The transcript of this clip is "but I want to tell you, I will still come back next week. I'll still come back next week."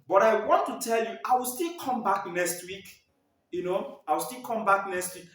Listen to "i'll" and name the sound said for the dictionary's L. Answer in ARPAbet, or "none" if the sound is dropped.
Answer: W